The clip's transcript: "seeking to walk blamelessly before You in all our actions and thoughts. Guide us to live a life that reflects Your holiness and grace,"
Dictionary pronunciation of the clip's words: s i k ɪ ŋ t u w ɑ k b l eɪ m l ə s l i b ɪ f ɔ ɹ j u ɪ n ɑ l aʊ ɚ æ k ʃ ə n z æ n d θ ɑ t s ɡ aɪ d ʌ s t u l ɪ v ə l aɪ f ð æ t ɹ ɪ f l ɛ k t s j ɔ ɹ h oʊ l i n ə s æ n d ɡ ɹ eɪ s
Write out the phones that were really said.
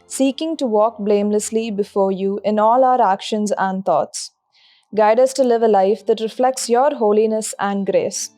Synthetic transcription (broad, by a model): s i k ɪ ŋ t u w ɑ k b l eɪ m l ə s l i b ɪ f ɔ ɹ j u ɪ n ɑ l aʊ ɚ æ k ʃ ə n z æ n d t ɑ t s ɡ aɪ d ʌ s t u l ɪ v ə l aɪ f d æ t ɹ ɪ f l ɛ k t s j ɔ ɹ h oʊ l i n ə s æ n d ɡ ɹ eɪ s